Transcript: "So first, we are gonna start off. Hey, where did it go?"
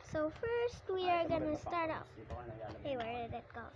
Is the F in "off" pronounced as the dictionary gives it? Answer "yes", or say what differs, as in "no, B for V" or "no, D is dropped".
no, P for F